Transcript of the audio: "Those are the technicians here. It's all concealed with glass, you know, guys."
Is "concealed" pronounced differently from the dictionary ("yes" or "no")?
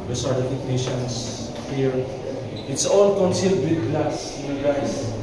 no